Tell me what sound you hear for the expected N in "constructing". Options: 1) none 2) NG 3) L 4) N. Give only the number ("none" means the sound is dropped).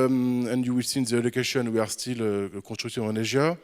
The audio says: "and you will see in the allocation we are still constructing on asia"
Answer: 1